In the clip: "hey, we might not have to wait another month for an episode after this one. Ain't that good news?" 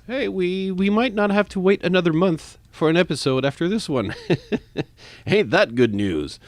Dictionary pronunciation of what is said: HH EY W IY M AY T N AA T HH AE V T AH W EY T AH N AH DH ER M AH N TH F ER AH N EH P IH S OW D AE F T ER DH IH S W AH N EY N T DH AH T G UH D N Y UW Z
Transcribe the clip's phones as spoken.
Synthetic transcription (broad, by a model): HH EY W IY M AY T N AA T HH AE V T AH W EY T AH N AH DH ER M AH N TH F ER AH N EH P IH S OW D AE F T ER DH IH S W AH N EY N DH AH T G UH D N Y UW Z